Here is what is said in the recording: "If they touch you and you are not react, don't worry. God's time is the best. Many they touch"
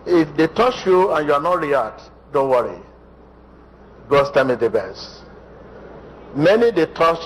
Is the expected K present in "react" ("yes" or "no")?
no